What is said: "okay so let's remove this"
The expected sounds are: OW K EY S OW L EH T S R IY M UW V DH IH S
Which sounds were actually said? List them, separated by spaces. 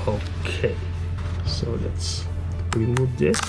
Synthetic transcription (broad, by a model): OW K EY S OW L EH T S W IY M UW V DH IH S